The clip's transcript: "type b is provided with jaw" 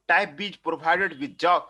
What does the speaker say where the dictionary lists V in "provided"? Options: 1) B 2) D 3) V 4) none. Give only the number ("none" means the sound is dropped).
1